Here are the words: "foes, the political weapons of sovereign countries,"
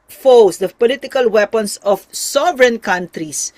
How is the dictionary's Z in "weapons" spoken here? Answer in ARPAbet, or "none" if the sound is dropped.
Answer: S